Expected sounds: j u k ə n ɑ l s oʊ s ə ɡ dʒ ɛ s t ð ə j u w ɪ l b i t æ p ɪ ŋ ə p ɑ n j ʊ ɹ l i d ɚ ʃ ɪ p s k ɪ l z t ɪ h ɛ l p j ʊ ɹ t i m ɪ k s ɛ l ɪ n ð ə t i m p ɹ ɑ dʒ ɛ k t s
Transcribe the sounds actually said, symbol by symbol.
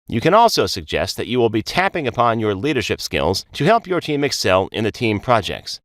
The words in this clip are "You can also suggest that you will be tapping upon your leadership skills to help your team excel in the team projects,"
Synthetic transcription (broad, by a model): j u k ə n ɑ l s oʊ s ə ɡ dʒ ɛ s t ð ə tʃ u w ɪ l b i t æ p ɪ ŋ ə p ɑ n j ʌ ɹ l i d ɚ ʃ ɪ p s k ɪ l z t ɪ h ɛ l p j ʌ ɹ t i m ɪ k s ɛ l ɪ n ð ə t i m p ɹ ɑ dʒ ɛ k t s